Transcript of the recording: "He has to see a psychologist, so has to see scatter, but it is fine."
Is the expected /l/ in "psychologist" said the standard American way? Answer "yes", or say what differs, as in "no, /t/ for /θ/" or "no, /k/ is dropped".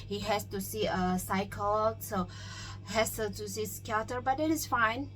no, /l/ is dropped